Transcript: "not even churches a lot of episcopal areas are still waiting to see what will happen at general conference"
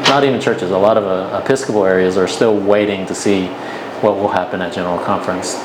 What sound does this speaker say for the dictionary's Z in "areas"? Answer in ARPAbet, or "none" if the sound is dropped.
Z